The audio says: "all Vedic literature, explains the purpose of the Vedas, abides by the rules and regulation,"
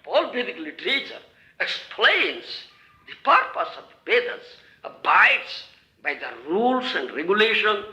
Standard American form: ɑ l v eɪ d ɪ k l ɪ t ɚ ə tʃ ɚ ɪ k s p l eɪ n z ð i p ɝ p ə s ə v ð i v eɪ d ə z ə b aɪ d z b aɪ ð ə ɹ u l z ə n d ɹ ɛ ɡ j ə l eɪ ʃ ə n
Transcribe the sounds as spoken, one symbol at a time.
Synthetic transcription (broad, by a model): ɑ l b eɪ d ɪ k l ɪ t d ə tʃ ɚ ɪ k s p l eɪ n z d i p ɝ p ə s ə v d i b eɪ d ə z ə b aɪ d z b aɪ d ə ɹ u l s ə n d ɹ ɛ ɡ j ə l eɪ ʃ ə n